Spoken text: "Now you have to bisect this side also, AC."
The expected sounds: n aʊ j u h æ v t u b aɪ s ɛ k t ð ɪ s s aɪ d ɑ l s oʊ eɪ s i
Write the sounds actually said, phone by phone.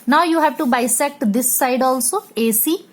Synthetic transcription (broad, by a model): n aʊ j u h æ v t u b aɪ s ɛ k t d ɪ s s aɪ d ɑ l s oʊ eɪ s i